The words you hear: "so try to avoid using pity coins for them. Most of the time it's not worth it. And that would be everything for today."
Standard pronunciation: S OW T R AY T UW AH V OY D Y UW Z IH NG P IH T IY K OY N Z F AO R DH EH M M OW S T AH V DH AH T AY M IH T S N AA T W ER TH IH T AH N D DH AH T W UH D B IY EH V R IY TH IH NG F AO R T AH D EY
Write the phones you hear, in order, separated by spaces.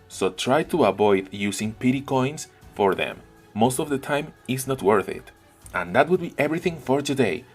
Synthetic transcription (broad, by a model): S OW T R AY T UW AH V OY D Y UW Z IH NG P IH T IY K OY N S F AO R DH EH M M OW S T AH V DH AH T AY M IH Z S N AA T W ER TH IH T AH N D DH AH T W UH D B IY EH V R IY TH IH NG F AO R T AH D EY